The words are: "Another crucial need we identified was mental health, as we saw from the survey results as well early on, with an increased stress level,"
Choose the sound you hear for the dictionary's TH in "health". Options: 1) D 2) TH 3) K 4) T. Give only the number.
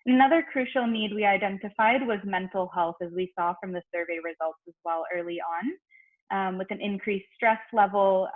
2